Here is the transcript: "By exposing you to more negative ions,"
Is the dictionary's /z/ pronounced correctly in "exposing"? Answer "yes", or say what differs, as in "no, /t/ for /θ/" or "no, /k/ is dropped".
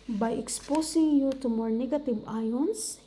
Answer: no, /s/ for /z/